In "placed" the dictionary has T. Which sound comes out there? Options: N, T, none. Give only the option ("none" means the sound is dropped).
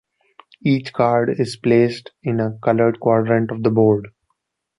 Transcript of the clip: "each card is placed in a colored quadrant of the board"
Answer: T